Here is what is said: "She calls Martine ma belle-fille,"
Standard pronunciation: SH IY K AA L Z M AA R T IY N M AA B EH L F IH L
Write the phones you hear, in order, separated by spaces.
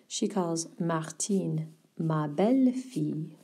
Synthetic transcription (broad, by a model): SH IY K AA L Z M AA R T IY N M AA B EH L F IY